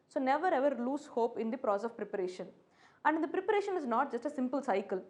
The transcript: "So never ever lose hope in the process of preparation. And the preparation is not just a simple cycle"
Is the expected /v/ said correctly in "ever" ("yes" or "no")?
yes